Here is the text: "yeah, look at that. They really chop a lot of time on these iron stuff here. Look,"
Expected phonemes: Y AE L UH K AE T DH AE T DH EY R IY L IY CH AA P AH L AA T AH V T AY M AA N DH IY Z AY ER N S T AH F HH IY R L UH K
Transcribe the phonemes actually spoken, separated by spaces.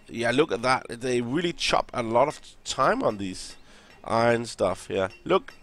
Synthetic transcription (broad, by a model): Y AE L UH K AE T DH AE T DH EY R IY L IY CH AA P AH L AA T AH V T AY M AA N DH IY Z AY N S T AH F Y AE L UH K